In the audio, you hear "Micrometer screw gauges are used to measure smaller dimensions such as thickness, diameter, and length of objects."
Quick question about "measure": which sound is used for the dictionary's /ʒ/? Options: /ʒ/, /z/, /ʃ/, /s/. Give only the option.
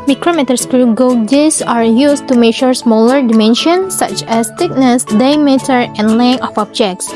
/ʃ/